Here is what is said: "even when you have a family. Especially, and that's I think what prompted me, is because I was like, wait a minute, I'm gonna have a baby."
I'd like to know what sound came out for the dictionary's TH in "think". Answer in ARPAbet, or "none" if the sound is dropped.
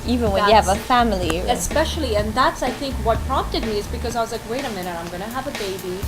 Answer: TH